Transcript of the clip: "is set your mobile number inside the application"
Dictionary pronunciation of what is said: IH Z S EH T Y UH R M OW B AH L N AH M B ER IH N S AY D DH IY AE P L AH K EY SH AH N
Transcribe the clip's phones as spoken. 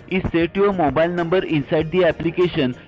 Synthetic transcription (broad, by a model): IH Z S EH T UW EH M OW B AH L N AH M B ER IH N S AY D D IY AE P L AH K EY SH AH N